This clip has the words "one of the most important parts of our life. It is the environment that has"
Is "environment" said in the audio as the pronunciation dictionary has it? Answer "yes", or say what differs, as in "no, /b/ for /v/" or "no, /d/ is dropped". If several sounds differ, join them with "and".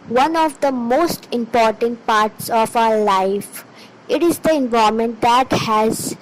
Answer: no, /ɹ/ is dropped and /n/ is dropped